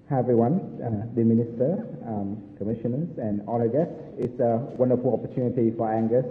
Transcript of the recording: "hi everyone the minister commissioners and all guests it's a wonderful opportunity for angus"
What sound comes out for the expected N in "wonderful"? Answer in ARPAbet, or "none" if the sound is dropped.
N